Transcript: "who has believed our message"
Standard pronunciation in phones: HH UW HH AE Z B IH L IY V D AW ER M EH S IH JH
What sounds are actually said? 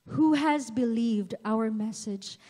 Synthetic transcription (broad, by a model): HH UW HH AE Z B IH L IY V D AW ER M EH S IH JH